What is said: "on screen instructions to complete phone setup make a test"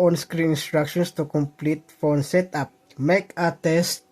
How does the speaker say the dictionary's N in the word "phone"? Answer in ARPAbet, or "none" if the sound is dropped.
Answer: N